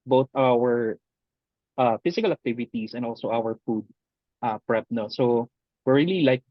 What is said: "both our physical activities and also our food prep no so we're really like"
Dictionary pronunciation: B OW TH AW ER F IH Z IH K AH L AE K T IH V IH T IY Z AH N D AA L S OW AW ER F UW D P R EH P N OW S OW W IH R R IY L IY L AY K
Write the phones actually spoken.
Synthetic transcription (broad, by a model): B OW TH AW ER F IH S IH K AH L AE K T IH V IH T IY S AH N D AA L S OW AW ER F UW D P R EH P N OW S OW W IH R R IY L IY L AY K